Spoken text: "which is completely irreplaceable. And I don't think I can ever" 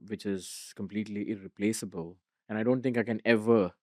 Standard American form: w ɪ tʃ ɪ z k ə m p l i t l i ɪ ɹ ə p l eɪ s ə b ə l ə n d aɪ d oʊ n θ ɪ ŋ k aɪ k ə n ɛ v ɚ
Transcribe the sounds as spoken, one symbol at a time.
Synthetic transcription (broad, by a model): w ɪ tʃ ɪ z k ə m p l i t l i ɪ ɹ ə p l eɪ s ə b ə l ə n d aɪ d oʊ n t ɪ ŋ k aɪ k ə n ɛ v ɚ